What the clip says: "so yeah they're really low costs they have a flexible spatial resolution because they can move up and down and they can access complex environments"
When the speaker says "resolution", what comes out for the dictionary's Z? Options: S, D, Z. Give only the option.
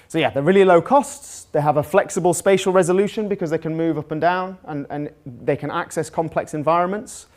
Z